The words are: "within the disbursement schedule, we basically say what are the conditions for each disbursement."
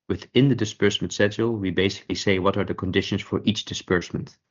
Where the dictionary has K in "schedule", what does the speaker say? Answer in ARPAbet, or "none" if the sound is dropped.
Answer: none